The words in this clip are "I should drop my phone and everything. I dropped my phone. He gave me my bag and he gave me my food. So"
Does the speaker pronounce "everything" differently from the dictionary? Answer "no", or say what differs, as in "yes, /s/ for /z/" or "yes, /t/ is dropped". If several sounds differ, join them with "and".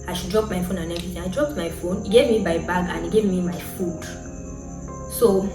yes, /ɹ/ is dropped and /s/ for /θ/